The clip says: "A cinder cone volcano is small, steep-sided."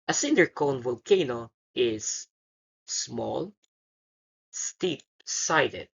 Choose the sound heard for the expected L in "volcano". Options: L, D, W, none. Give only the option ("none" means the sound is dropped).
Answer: L